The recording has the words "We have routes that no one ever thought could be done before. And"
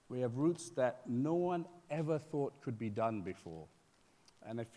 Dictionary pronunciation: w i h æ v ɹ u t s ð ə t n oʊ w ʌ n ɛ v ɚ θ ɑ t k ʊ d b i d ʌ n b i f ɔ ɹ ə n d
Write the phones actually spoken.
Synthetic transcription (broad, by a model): w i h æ v ɹ u t s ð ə t n oʊ w ʌ n ɛ v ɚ θ ɑ t k ʊ d b i d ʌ n b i f ɔ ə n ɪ